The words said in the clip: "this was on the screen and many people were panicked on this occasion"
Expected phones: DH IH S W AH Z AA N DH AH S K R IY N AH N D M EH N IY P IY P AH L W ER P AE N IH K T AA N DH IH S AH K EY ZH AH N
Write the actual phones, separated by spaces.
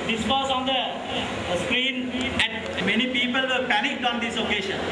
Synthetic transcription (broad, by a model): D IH S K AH S AA N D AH S K R IY N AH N M EH N IY P IY P AH L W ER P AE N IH K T AA N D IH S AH K EY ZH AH N